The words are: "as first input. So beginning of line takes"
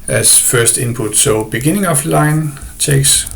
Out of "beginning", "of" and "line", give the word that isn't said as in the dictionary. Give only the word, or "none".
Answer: of